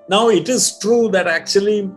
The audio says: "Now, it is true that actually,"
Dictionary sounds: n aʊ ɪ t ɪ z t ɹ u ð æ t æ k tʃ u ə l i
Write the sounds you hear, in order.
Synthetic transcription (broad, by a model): n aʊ ɪ t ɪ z t ɹ u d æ t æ k tʃ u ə l i